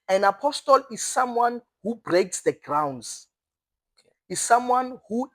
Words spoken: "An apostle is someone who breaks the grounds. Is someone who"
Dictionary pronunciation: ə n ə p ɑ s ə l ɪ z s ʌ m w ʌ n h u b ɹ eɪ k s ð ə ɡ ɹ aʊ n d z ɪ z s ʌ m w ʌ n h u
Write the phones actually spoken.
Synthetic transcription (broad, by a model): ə n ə p ɑ s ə l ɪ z s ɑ m w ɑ n h u b ɹ eɪ k s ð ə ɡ ɹ aʊ n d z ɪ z s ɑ m w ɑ n h u